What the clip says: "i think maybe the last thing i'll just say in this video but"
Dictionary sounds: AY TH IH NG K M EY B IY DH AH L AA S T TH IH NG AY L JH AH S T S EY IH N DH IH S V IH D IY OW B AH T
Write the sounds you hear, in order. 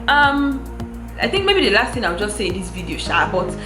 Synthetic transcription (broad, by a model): AY TH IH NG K M EY B IY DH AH L AA S T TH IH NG AY W JH AH S T S EY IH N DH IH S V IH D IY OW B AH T